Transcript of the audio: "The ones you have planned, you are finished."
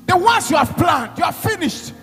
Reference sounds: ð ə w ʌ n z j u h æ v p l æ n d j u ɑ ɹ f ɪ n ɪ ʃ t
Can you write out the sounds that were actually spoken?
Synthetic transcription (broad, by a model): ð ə w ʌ n s j u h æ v p l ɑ n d j u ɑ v f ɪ n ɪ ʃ t